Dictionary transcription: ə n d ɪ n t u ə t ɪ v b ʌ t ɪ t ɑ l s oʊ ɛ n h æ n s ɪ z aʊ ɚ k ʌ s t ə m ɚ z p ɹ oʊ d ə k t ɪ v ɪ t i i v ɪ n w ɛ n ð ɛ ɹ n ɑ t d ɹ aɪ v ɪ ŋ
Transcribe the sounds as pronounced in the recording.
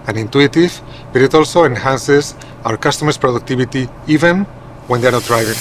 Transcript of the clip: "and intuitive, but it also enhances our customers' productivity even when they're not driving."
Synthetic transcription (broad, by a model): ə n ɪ n t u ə t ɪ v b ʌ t ɪ t ɑ l s oʊ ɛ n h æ n s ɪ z aʊ ɚ k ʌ s t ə m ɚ s p ɹ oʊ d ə k t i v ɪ t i i v ɪ n w ɛ n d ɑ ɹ n ɑ t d ɹ aɪ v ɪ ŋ